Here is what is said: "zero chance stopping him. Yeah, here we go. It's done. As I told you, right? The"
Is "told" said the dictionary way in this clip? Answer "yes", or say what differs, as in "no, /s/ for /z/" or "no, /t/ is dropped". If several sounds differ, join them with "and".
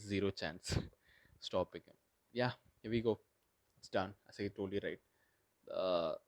no, /l/ is dropped